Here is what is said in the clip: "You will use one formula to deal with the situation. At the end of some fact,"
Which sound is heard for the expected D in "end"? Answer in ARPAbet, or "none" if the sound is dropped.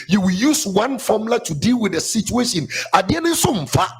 none